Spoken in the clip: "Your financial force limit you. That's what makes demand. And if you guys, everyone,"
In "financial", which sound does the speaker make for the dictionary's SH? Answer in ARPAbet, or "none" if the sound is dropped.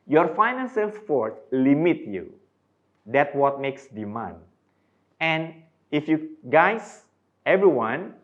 S